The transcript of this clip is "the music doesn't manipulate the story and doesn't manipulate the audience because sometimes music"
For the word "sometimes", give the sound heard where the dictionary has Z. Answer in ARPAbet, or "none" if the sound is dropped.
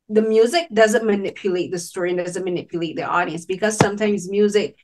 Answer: Z